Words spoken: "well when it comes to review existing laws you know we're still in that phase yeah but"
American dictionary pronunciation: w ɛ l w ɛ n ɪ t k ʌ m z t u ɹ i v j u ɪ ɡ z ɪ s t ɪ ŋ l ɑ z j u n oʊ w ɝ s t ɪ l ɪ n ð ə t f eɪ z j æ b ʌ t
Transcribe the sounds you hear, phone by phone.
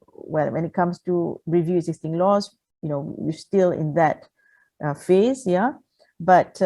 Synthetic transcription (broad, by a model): w ɛ l w ɛ n ɪ t k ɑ m s t u ɹ i v j u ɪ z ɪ s t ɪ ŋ l ɑ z j u n oʊ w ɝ s t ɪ l ɪ n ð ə t f eɪ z j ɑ b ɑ t